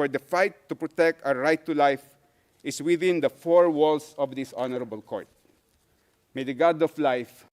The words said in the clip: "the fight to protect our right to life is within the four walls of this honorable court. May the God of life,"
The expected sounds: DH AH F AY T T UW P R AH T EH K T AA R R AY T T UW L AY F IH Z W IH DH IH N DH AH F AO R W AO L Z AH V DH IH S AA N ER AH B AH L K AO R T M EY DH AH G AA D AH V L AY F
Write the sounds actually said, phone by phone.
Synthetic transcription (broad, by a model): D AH F AY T T UW P R AH T EH K T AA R R AY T T UW L AY F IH S W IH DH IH N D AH F AO R W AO L S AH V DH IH S AA N ER AH B AH L K AO R T M EY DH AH G AA D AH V L AY F